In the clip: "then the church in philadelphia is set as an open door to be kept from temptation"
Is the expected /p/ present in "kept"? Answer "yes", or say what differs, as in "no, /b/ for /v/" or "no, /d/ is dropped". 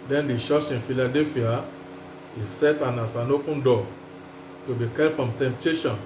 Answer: no, /p/ is dropped